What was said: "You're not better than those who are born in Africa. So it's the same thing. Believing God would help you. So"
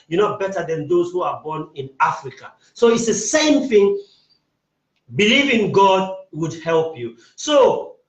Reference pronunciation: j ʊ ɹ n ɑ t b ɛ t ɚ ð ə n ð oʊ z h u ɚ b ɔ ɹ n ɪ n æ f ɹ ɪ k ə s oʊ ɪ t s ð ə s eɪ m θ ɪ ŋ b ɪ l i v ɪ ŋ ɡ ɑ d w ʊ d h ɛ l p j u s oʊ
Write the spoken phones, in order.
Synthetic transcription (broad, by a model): j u n ɑ t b ɛ t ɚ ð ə n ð oʊ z h u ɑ b ɔ n ɪ n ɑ f ɹ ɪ k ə s oʊ ɪ t s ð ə s eɪ m θ ɪ ŋ b ɪ l i v ɪ ŋ ɡ ɑ d w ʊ d h ɛ l p j u s oʊ